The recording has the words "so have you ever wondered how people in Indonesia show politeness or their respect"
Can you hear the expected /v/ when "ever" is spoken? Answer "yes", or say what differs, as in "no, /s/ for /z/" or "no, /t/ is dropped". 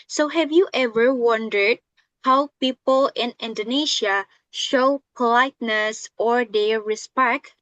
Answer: yes